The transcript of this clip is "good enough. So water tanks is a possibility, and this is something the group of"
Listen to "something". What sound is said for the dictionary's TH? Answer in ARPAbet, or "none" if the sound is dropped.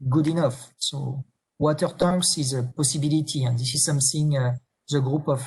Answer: S